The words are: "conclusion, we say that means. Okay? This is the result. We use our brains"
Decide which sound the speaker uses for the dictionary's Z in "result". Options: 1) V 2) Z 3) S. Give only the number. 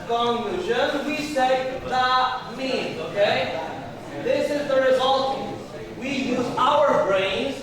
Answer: 2